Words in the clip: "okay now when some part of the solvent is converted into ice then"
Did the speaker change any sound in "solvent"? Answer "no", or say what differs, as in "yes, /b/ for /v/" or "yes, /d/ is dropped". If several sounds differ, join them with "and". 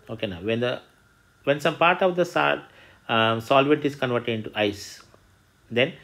yes, /n/ is dropped